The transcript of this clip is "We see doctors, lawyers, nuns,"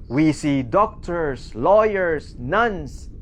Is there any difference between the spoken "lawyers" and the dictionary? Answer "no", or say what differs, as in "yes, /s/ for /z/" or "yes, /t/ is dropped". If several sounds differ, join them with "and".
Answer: yes, /s/ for /z/